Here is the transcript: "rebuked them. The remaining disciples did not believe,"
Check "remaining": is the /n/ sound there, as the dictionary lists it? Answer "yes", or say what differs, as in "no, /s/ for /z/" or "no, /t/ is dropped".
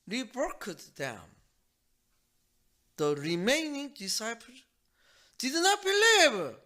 yes